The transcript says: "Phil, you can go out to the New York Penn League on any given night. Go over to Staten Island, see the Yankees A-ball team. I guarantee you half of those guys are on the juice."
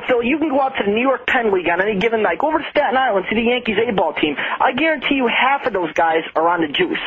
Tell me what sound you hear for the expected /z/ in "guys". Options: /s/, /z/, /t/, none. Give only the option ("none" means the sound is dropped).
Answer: /z/